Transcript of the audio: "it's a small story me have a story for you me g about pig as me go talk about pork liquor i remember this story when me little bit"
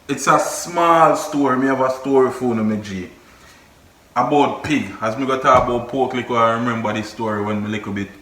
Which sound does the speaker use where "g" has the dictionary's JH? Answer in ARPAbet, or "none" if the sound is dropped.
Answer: JH